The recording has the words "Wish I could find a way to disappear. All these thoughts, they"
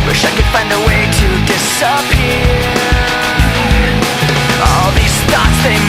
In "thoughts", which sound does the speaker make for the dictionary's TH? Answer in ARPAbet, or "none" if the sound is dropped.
T